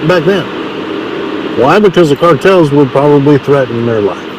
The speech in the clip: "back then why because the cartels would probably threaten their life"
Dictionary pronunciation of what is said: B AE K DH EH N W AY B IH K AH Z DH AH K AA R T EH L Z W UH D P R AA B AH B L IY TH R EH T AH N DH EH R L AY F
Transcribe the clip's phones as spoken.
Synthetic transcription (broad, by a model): B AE K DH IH N W AY B IH K AH Z DH AH K AA R T EH L Z W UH D P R AA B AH B L IY TH R EH T N DH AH R L AY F